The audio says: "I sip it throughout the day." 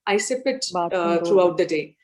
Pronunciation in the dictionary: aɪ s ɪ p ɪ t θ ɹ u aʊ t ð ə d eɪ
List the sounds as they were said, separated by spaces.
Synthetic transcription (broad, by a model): aɪ s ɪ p ɪ t t ɹ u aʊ t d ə d eɪ